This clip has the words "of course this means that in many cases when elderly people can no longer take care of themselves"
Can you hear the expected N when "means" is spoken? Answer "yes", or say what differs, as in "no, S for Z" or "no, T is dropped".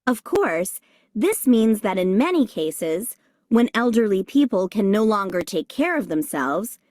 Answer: yes